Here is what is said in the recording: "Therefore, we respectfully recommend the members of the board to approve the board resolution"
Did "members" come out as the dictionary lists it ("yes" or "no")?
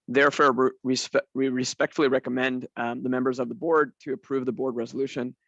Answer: yes